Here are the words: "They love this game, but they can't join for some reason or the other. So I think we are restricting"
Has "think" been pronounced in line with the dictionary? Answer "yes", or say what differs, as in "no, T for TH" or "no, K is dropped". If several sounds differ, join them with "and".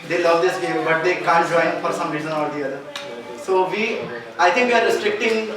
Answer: no, T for TH